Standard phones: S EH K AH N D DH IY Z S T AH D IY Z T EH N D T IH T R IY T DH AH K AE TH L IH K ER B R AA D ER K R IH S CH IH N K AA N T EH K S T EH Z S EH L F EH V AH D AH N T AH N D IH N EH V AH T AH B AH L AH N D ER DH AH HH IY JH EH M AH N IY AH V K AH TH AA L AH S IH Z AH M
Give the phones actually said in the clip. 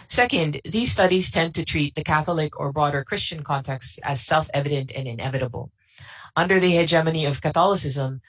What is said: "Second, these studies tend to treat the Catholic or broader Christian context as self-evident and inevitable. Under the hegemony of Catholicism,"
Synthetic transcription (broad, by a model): S EH K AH N D DH IY Z S T AH D IY Z T EH N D T IH T R IY T DH AH K AE TH L IH K ER B R AA D ER K R IH S CH IH N K AA N T EH K S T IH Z S EH L F EH V AH D AH N T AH N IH N EH V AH T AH B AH L AH N D ER DH AH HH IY JH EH M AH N IY AH V K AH TH AA L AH S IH Z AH M